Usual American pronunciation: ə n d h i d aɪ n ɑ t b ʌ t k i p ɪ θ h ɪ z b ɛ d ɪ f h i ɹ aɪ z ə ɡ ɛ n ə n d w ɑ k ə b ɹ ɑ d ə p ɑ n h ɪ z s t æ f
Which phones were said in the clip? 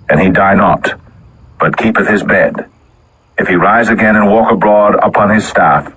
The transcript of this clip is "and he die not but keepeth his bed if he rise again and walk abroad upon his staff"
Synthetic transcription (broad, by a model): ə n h i d aɪ n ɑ t b ʌ t k i p ɪ θ h ɪ z b ɛ d ɪ f h i ɹ aɪ z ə ɡ ɛ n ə n w ɑ k ə b ɹ ɑ d ə p ɑ n ɪ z s t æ f